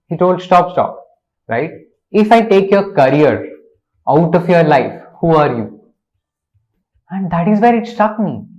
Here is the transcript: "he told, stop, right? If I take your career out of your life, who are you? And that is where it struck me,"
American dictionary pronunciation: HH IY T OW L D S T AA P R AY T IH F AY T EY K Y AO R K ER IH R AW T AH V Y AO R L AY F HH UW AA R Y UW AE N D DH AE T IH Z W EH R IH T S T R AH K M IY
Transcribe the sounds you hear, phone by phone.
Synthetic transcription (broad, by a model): HH IY T OW L D S T AA P R AY T IH F AY T EY K Y AO R K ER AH R AW T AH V Y AO R L AY F HH UW AA R Y UW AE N D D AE T IH Z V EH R IH T S T AH K M IY